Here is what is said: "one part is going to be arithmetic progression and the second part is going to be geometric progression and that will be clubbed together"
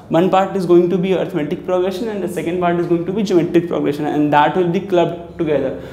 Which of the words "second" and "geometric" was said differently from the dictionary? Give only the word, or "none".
geometric